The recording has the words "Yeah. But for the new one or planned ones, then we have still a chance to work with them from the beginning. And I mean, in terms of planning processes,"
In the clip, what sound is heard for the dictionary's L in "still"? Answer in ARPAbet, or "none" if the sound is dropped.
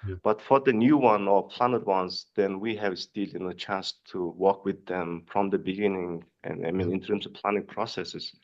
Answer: N